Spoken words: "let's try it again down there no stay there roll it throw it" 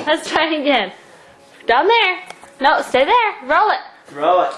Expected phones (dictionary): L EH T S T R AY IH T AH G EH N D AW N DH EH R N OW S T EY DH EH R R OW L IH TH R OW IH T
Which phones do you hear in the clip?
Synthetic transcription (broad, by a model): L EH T S T R AY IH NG AH G EH N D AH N DH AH R N OW S T EY DH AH R R OW L IH T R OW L